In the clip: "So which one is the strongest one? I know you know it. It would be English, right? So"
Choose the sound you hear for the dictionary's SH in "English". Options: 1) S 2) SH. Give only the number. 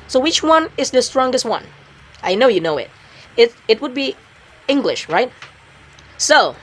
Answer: 2